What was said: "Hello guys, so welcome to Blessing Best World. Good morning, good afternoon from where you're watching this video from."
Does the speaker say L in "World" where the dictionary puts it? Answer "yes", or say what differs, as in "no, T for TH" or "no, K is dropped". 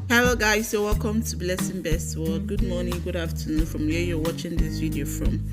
no, L is dropped